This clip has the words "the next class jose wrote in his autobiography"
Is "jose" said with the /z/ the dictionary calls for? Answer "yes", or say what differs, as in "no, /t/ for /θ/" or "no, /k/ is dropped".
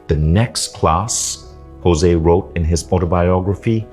yes